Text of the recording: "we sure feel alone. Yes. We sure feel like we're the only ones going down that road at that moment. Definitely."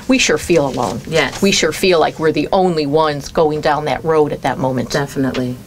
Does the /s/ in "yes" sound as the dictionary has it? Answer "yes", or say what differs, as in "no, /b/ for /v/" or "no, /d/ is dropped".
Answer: no, /s/ is dropped